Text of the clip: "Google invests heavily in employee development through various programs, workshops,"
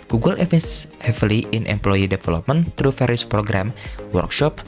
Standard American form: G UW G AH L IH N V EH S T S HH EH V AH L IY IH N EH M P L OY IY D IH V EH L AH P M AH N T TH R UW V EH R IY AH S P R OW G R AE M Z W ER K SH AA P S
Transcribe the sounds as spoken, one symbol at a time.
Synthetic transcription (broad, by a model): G UW G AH L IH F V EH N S HH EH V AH L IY IH N EH M P L OY IY D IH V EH L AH P M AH N T R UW F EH R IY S P R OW G R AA M W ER K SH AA P